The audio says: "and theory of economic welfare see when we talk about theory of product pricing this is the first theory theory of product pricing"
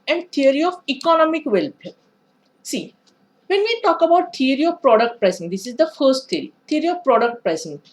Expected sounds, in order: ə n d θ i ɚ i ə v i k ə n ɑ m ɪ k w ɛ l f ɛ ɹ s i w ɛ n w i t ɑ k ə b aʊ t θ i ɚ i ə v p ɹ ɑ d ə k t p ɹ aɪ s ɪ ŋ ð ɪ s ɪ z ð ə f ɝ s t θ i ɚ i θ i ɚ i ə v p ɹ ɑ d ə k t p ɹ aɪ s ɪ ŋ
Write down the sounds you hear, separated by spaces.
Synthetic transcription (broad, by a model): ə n d t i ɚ i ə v i k ə n ɑ m ɪ k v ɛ l p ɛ s i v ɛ n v i t ɑ k ə b aʊ t t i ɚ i ə v p ɹ ɑ d ə k t p ɹ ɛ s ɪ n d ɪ s ɪ z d ə f ɝ s t t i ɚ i t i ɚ i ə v p ɹ ɑ d ə k t p ɹ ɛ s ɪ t